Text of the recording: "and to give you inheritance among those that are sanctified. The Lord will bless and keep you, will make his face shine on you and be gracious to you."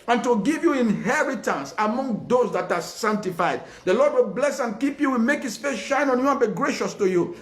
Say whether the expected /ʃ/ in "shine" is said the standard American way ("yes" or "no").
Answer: yes